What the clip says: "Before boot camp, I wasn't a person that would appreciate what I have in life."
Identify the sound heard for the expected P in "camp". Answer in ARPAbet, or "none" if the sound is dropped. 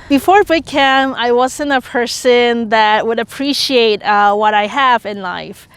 none